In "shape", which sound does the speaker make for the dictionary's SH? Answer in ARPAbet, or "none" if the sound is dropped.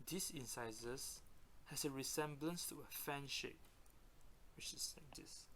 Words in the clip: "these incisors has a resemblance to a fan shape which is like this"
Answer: SH